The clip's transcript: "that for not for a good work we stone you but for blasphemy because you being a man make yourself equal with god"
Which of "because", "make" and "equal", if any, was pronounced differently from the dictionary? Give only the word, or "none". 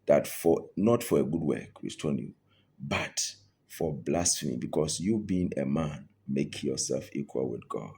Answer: because